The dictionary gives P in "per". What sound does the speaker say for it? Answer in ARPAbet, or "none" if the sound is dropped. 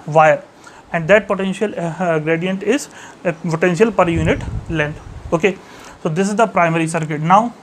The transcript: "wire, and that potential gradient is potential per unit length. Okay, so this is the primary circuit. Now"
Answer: P